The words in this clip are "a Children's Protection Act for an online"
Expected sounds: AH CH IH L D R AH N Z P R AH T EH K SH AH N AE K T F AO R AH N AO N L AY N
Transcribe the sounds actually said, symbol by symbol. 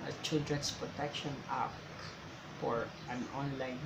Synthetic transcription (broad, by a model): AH CH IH L D R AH N S P R AH T EH K SH AH N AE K F AO R AH N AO N L AY N